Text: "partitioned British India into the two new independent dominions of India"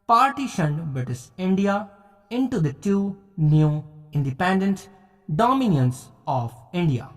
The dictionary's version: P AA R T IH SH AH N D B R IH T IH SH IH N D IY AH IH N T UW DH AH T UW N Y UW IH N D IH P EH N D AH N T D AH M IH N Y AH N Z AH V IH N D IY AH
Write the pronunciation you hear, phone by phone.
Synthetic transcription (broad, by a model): P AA R T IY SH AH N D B IH T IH S IH N D IY AH IH N T UW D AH T UW N Y UW IH N D IH P EH N D AH N T D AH M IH N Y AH N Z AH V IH N D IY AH